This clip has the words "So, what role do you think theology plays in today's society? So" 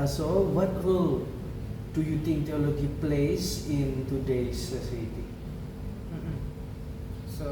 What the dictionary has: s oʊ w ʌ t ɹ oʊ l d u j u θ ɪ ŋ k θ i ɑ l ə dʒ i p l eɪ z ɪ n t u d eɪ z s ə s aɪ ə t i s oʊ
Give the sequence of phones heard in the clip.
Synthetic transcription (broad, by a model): s oʊ w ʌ t w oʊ l d u j u t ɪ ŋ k t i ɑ l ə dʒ i p l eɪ s ɪ n t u d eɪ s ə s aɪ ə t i s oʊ